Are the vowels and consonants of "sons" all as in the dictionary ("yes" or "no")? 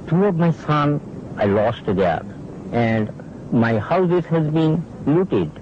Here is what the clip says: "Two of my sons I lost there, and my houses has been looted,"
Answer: no